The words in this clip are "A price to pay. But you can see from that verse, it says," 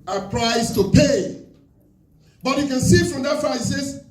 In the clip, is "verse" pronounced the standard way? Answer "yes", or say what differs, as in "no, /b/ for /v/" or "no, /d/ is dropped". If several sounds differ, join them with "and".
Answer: no, /s/ is dropped